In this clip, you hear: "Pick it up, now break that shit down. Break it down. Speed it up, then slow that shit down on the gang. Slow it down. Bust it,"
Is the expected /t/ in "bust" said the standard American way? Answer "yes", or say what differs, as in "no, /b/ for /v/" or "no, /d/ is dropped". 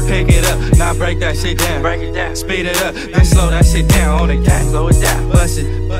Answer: no, /t/ is dropped